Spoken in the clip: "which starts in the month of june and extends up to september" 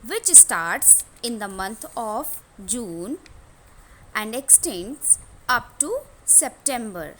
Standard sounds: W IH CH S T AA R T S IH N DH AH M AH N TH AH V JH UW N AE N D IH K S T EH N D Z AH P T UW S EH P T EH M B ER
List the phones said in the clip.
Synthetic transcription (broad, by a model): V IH CH S T AA R T S IH N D AH M AH N T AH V JH UW N AE N D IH K S T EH N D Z AH P T UW S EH P T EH M B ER